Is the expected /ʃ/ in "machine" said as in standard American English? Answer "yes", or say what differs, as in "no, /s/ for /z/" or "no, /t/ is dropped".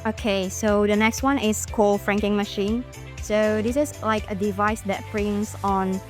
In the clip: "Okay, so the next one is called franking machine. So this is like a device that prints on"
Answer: yes